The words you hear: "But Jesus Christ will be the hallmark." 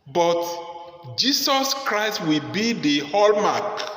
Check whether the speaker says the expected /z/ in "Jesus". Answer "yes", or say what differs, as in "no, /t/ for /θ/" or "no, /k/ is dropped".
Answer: no, /s/ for /z/